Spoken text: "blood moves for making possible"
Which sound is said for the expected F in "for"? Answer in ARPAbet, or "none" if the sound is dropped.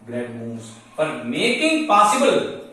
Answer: P